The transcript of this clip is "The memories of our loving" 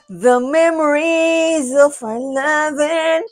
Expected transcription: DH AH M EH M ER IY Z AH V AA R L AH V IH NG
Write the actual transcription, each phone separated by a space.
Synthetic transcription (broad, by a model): DH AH M EH M ER IY Z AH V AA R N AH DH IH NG